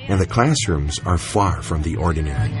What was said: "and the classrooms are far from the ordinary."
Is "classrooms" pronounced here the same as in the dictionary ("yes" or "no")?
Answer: yes